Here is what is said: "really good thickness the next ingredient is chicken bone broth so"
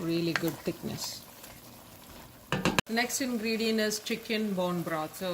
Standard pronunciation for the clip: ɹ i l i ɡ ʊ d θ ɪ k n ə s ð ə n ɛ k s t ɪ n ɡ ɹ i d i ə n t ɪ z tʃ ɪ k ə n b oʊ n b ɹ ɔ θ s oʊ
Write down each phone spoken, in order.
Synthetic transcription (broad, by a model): ɹ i l i ɡ ʊ d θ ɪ k n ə s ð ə n ɛ k s t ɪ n ɡ ɹ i d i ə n ɪ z tʃ ɪ k ə n b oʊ n b ɹ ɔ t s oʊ